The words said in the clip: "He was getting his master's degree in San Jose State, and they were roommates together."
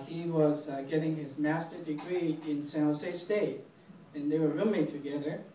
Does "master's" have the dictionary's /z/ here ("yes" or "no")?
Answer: no